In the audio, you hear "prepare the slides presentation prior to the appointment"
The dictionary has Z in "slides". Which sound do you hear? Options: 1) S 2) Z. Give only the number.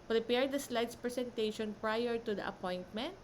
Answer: 1